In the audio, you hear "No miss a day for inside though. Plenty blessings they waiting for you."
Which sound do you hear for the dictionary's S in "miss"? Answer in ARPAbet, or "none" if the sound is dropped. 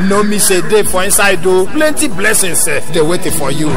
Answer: SH